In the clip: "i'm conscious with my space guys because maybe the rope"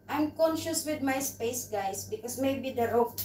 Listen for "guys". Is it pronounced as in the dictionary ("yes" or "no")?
no